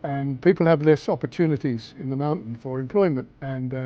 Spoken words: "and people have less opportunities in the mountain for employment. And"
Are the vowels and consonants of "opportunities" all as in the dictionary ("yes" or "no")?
yes